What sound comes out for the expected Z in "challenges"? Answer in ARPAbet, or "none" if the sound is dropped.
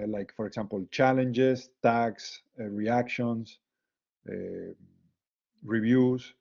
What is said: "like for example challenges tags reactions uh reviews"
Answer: S